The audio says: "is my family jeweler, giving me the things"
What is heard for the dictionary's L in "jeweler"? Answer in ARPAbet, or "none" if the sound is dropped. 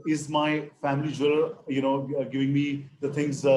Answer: N